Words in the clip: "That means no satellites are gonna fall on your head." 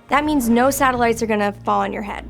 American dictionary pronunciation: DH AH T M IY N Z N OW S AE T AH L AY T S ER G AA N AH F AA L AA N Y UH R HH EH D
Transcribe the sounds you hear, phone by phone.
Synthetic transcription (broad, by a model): DH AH T M IY N Z N OW S AE T AH L AY T S ER G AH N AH F AA L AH N Y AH R HH EH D